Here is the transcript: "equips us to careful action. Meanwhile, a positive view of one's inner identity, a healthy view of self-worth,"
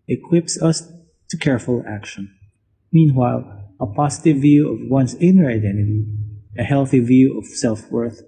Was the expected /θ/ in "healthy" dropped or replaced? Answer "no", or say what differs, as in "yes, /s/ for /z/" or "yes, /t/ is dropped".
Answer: no